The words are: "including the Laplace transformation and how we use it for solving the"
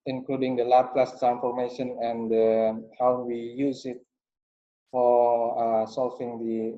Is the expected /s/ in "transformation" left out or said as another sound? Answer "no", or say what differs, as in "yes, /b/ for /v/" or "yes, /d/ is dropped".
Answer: yes, /s/ is dropped